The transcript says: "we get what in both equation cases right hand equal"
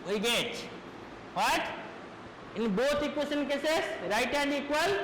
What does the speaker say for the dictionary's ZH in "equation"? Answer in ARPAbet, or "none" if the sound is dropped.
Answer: S